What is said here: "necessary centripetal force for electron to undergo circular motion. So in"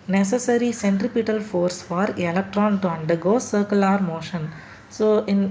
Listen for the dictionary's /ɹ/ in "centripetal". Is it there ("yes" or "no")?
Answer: yes